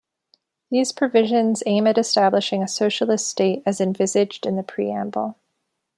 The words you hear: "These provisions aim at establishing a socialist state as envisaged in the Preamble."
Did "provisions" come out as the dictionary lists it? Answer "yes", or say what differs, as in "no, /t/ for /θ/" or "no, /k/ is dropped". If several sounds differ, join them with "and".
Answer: yes